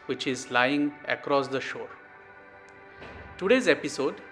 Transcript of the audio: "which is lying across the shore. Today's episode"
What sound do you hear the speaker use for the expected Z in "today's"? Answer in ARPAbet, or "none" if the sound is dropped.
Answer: Z